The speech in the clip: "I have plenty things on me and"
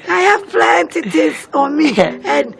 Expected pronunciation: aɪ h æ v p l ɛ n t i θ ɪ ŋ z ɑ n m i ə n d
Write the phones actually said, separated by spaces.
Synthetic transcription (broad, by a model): aɪ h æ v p l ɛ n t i t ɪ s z ɑ n m i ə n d